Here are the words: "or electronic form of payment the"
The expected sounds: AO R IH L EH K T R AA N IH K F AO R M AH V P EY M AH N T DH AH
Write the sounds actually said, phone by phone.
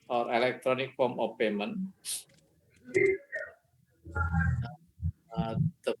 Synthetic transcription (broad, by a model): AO R IH L EH K T R AA N IH K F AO M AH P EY M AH N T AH